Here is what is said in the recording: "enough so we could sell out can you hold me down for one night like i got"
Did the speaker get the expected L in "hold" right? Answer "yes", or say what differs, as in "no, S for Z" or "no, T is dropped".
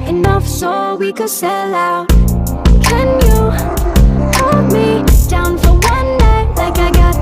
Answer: no, L is dropped